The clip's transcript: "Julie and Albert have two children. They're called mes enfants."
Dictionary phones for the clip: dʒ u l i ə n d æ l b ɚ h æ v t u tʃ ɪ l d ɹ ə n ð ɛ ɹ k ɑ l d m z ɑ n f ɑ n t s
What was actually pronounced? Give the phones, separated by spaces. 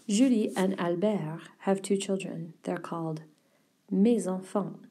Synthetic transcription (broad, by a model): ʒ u l i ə n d æ l b ɚ h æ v t u tʃ ɪ l d ɹ ə n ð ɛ ɹ k ɑ l d m z ɑ f ɑ